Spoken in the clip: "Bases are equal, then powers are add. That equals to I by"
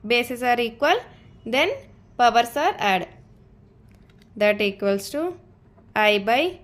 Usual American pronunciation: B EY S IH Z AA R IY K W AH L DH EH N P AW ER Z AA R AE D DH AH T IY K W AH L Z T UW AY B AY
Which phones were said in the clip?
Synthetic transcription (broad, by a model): B EY S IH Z AA R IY K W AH L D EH N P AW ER S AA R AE D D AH T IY K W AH L S T UW AY B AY